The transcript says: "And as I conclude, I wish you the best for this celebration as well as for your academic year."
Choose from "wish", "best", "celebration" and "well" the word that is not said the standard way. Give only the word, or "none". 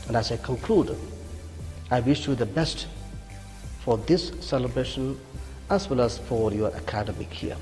none